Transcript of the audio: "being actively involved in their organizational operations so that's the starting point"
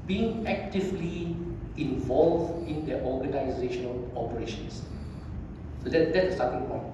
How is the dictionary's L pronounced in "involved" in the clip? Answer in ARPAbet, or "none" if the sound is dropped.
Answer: L